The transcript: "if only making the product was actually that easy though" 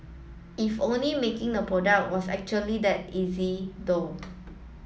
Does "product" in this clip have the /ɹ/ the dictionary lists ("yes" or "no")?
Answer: yes